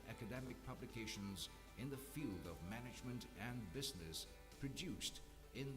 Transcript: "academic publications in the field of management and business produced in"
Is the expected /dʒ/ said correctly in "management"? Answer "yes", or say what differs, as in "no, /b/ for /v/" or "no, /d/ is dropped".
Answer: yes